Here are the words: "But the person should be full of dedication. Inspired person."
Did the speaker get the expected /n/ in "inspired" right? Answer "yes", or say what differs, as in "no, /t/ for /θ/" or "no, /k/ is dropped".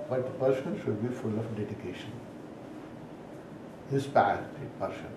no, /n/ is dropped